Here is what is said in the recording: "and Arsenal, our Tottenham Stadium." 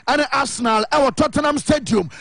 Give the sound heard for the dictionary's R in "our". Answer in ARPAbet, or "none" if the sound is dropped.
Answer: W